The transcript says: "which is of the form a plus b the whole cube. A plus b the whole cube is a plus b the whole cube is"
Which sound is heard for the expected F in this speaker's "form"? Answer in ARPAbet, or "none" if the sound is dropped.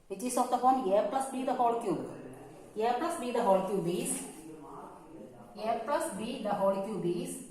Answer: P